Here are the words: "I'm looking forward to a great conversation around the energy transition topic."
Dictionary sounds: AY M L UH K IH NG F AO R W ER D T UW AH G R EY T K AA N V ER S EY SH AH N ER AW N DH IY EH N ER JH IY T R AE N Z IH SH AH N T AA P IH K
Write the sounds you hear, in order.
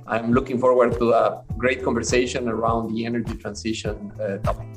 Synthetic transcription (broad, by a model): AY M L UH K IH NG F AO R W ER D T UW AH G R EY T K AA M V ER S EY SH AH N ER AW N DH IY EH N ER JH IY T R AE N S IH SH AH N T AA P